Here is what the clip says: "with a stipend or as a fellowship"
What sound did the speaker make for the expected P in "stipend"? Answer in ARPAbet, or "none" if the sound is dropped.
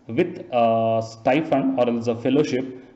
F